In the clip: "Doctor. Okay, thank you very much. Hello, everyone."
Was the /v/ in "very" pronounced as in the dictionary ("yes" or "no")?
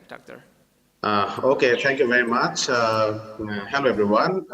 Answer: yes